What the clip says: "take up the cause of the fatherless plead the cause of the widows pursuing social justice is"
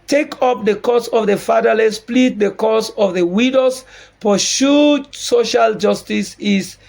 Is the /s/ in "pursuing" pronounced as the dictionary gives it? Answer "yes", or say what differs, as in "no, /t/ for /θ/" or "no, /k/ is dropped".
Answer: no, /ʃ/ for /s/